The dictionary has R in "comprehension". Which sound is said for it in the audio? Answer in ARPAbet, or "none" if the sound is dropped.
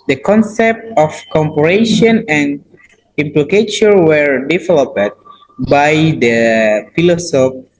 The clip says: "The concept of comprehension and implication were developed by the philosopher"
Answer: none